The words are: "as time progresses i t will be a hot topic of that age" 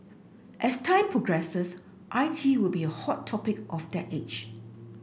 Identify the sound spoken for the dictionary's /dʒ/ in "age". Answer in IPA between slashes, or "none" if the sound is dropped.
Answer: /tʃ/